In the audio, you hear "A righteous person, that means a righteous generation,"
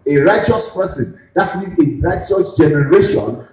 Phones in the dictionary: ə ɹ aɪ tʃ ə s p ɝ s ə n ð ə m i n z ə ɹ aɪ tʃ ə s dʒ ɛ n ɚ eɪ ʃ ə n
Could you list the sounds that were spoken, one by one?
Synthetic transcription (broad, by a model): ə ɹ aɪ tʃ ə s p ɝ s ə n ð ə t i z ə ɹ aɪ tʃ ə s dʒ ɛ n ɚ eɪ ʃ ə n